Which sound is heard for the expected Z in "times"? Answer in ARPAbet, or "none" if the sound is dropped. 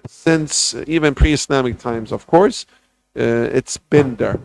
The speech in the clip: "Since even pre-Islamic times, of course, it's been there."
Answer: Z